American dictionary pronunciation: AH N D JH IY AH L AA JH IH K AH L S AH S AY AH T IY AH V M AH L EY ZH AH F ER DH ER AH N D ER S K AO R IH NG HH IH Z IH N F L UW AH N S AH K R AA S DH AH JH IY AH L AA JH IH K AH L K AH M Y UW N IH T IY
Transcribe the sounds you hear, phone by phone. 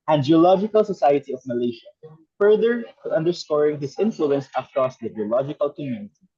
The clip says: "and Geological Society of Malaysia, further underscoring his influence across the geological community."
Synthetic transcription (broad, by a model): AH N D JH IY AH L AA JH IH K AH L S AH S AY AH T IY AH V M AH L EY SH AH F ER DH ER AH N D ER S K AO R IH NG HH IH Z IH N F L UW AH N S AH K R AA S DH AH JH IY AH L AA JH IH K AH L K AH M Y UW N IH T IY